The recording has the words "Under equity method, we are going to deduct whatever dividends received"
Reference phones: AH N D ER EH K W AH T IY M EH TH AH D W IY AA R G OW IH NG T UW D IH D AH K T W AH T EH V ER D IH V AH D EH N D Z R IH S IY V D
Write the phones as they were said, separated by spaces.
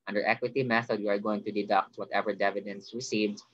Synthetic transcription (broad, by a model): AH N D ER EH K W AH T IY M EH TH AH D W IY AA R G OW IH NG T UW D IH D AH K T W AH T EH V ER D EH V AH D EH N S R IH S IY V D